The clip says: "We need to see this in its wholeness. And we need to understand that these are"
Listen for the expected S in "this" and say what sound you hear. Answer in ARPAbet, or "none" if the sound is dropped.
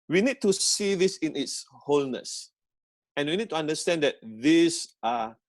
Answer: S